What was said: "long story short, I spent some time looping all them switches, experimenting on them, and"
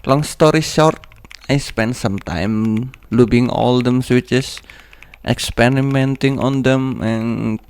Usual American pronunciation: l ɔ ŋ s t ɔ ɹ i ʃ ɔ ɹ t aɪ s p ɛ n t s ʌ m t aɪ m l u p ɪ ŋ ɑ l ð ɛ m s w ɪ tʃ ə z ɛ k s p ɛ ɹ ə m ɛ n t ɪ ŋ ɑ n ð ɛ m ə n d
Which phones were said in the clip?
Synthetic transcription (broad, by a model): l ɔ ŋ s t ɔ ɹ i ʃ ɔ ɹ t aɪ s p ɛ n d s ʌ m t aɪ m l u b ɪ ŋ ɑ l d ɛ m s w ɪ tʃ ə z ɛ k s p ɛ ɹ ə m ɛ n t ɪ ŋ ɑ n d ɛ m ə n